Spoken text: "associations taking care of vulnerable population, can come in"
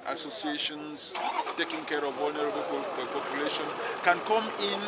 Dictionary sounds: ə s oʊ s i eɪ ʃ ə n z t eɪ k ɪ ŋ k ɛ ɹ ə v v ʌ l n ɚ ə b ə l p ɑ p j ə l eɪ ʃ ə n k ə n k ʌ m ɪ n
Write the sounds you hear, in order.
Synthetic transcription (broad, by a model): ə s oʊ s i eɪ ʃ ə n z t eɪ k ɪ ŋ k ɛ ɹ ə v w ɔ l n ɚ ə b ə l p ɑ p j ə l eɪ ʃ ə n k ə n k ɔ m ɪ n